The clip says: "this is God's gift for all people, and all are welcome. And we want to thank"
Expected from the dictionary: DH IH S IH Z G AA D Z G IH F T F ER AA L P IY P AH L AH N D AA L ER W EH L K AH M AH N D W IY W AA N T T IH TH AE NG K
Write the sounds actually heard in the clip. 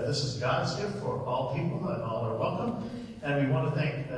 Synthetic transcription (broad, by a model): DH IH S IH Z G AA D Z G IH F T F ER AA L P IY P L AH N AA L ER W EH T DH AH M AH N W IY W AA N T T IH TH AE NG K